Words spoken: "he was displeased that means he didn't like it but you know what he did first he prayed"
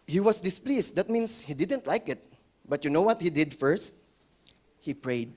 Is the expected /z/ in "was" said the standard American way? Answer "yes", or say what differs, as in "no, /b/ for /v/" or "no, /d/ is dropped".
no, /s/ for /z/